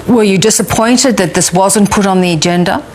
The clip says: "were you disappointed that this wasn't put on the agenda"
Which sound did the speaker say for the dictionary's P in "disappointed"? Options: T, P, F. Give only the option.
P